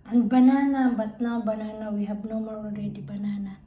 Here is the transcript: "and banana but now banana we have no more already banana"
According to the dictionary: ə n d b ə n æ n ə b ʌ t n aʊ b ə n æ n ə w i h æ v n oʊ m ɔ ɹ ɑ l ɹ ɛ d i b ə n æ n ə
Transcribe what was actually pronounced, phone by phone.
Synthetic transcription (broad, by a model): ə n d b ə n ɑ n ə b ʌ t n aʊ b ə n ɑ n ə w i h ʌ b n oʊ m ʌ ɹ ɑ n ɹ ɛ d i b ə n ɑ n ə